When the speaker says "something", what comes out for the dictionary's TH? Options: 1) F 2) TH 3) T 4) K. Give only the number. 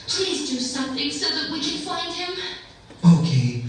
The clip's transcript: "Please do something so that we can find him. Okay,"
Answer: 2